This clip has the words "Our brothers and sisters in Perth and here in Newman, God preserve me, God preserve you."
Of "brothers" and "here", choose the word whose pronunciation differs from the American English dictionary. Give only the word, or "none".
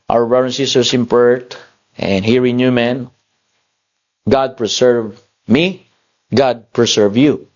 brothers